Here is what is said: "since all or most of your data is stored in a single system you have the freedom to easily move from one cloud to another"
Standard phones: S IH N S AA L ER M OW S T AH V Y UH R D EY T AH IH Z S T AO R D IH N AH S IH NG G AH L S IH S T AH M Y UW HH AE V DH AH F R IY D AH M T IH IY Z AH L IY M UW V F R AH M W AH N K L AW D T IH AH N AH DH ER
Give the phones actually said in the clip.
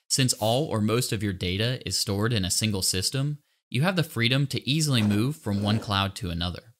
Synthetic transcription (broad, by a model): S IH N S AA L ER M OW S T AH V Y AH R D EY T AH IH Z S T AO R D IH N AH S IH NG G L S IH S T AH M Y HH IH V DH AH F R IY D AH M T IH IY Z L IY M UW V F R AH M W AH N K L AW D T IH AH N AH DH ER